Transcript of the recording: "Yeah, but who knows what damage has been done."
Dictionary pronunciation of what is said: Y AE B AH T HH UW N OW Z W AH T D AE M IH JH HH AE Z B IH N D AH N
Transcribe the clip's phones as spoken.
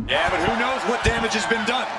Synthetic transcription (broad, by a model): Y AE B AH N HH UW N OW Z W AH T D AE M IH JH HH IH Z B IH N D AH N